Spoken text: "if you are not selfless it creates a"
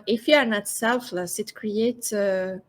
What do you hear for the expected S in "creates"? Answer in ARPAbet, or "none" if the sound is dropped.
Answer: none